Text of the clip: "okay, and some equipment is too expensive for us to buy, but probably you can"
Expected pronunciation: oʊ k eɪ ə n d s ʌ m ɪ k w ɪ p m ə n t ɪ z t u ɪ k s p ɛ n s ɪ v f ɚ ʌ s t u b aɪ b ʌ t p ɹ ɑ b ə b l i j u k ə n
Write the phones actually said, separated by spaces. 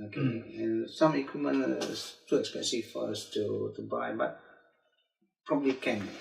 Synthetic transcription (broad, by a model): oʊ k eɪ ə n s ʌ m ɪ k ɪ m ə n ɪ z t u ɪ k s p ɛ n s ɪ f ɚ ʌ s t u b aɪ b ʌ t p ɹ ɑ b ə b l i k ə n